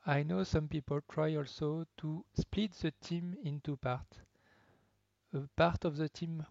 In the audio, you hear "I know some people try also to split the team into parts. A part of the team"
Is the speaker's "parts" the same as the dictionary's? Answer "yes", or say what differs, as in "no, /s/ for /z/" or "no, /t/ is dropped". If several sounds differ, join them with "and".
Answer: no, /s/ is dropped